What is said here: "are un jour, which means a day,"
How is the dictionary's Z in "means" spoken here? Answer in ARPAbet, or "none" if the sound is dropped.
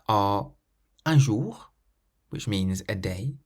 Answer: Z